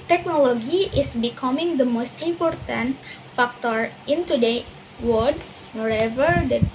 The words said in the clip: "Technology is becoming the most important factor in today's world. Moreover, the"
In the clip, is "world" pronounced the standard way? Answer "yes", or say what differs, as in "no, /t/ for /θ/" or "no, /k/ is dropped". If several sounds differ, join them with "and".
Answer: no, /l/ is dropped